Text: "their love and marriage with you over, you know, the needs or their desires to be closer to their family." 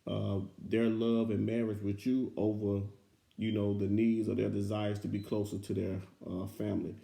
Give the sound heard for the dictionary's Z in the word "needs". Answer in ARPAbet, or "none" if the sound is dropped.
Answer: Z